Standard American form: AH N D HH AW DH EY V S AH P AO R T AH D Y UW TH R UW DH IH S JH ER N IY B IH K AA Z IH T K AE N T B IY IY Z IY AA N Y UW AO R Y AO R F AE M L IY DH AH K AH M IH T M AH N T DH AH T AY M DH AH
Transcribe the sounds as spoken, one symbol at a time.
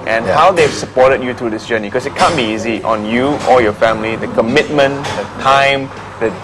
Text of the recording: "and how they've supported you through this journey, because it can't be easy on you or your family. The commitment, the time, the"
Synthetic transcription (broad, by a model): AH N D HH AW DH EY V S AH P AO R T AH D Y UW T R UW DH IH S JH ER N IY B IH K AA S IH T K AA N B IY IY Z IY AA N Y UW AO L Y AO F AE M L IY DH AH K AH M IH T M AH N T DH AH T AY M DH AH